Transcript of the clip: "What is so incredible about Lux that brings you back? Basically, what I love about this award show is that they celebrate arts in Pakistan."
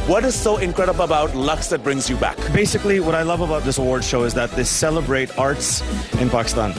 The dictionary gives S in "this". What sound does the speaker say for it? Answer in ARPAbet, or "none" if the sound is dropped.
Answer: S